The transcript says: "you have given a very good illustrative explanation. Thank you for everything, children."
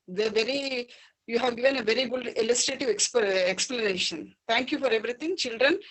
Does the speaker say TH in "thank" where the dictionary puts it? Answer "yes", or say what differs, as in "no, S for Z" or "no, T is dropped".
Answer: no, T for TH